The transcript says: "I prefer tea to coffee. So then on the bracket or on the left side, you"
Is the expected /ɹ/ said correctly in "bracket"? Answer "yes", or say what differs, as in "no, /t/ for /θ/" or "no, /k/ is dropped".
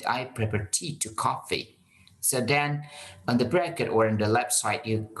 yes